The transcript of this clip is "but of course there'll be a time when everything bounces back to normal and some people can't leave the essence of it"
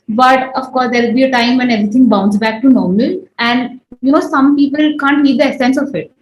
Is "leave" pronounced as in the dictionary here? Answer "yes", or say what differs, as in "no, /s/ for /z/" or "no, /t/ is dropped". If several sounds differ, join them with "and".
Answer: no, /n/ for /l/